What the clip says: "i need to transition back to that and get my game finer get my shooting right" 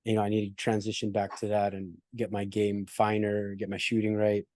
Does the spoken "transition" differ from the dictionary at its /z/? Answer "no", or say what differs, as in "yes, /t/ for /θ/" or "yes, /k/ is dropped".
no